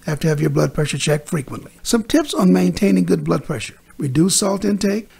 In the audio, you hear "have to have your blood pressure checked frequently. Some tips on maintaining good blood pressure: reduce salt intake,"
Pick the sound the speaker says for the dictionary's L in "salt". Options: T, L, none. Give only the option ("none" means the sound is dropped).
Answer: L